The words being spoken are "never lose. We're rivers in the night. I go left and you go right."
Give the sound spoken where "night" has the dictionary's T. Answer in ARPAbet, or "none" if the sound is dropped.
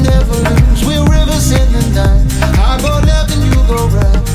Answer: none